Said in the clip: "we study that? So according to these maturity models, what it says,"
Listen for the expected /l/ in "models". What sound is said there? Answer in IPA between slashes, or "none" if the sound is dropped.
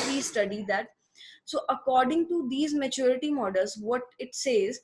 /l/